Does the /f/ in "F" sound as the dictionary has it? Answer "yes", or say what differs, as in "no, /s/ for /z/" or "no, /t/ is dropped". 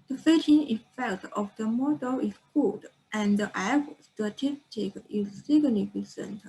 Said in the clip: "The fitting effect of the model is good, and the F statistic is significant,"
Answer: no, /p/ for /f/